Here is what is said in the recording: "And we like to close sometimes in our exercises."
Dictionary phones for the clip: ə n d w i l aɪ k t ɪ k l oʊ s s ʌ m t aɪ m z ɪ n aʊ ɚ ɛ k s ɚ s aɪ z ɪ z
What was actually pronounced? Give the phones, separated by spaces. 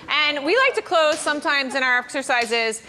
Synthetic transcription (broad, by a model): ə n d w i l aɪ k t ɪ k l oʊ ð s ʌ m t aɪ m z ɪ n aʊ ɚ ɛ k s ɚ s aɪ z ɪ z